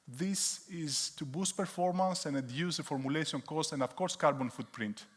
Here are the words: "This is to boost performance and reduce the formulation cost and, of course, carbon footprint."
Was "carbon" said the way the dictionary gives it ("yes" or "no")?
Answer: yes